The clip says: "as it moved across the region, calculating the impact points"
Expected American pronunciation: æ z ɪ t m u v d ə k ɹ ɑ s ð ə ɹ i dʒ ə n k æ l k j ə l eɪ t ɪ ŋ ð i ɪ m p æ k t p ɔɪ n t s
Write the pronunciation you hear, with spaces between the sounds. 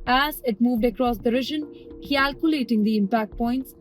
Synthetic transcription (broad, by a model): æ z ɪ t m u v d ə k ɹ ɑ s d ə ɹ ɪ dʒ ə n k æ l k j ə l eɪ t ɪ ŋ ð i ɪ m p æ k t p ɔɪ n t s